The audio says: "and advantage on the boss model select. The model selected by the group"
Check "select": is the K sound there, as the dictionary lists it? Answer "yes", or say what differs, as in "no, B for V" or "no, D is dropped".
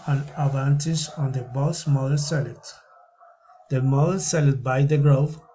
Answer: no, K is dropped